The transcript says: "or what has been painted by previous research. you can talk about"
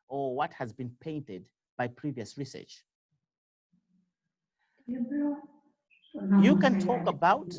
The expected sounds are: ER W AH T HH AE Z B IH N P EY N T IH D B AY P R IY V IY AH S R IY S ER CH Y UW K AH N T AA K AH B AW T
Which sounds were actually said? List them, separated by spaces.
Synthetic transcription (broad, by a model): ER W AH T HH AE Z B IH N P EY N T IH D B AY P R IY V IY AH S R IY S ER CH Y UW K AH N T AA K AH B AW T